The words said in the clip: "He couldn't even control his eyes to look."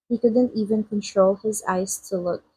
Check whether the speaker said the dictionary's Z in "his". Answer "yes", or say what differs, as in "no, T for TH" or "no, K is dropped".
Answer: yes